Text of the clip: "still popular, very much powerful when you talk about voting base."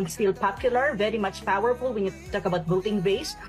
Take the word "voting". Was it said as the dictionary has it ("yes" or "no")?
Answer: no